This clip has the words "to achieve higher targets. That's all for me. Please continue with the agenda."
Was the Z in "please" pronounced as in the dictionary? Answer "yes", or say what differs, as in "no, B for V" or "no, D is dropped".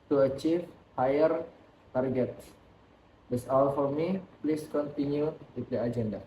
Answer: no, S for Z